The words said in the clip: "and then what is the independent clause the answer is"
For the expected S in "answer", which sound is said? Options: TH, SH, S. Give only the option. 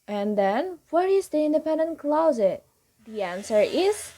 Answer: S